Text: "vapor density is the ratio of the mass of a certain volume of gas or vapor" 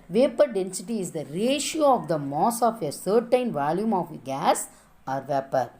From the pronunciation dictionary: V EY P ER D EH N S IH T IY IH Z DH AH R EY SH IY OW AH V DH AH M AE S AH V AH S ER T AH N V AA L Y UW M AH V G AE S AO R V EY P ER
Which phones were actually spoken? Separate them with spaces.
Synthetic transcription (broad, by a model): V EY P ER D EH N S IH T IY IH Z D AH R EY SH IY OW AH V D AH M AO S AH F AH S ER T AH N V AA L Y UW M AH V G AE S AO R V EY P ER